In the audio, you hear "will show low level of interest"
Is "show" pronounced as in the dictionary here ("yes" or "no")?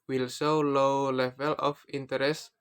no